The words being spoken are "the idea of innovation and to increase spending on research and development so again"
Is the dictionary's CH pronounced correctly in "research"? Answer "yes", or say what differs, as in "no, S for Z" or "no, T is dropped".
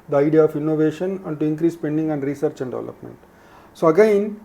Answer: yes